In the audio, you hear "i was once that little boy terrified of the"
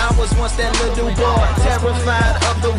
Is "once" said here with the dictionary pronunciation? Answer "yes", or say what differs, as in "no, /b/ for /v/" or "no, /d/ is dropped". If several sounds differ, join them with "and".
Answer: no, /n/ is dropped